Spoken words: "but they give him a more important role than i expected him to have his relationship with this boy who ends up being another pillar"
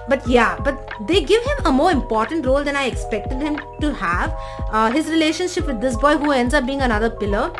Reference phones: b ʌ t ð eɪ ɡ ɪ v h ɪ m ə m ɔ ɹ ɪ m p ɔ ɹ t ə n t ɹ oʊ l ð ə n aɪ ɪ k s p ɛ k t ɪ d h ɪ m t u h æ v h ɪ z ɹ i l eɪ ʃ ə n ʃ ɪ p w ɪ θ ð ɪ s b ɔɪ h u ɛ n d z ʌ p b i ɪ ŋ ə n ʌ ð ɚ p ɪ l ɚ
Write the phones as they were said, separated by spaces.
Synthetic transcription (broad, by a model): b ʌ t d eɪ ɡ ɪ v h ɪ m ə m ɔ ɹ ɪ m p ɔ ɹ t ə n t ɹ oʊ l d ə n aɪ ɪ k s p ɛ k t ɪ d h ɪ m t u h æ v h ɪ z ɹ i l eɪ ʃ ə n ʃ ɪ p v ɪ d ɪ s b ɔɪ h u ɛ n d z ʌ p b i ɪ ŋ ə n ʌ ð ɚ p ɪ l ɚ